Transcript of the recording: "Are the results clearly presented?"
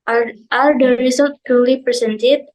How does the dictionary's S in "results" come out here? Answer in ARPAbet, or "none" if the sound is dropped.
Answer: none